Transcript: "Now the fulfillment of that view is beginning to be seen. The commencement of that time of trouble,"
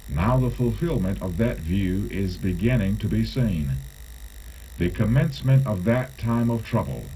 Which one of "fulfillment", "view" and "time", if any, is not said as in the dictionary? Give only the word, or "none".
none